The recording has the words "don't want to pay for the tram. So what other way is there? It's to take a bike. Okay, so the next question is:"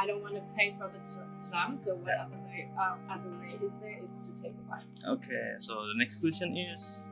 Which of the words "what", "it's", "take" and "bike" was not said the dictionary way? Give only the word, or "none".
bike